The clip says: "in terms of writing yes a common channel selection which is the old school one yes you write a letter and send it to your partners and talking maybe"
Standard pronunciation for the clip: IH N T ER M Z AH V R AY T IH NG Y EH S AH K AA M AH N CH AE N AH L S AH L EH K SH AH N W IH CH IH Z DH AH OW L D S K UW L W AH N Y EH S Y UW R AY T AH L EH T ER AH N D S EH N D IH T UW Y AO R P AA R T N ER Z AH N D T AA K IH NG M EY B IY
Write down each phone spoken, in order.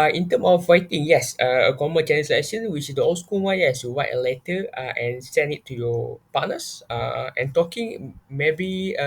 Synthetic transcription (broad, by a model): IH N T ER M AH F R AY T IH NG Y EH S AH K AA M AH N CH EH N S L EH SH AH N W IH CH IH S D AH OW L S K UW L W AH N Y EH S Y UW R AY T AH L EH T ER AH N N S EH N IH T UW Y AO P AA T N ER S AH N T AA K IH NG M EY B IY